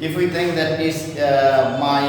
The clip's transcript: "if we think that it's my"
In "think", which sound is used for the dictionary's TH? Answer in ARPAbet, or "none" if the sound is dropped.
T